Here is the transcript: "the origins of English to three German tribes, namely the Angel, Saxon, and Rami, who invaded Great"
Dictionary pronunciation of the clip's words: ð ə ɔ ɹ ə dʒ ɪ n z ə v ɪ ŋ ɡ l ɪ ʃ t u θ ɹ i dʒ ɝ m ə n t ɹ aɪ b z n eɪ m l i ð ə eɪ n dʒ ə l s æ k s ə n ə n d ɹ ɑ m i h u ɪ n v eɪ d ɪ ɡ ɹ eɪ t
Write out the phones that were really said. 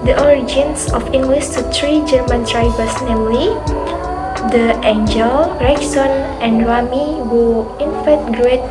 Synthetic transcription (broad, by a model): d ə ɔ ɹ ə dʒ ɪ n s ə f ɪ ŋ ɡ l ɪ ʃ t u t ɹ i dʒ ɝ m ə n t ɹ aɪ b s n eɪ m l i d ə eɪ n dʒ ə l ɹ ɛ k s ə n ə n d ɹ ɑ m i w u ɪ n f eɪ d ɡ ɹ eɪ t